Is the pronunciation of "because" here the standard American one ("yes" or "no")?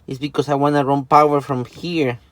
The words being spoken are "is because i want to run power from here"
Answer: no